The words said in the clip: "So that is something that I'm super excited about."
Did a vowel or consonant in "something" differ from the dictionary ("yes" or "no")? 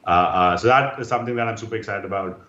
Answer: yes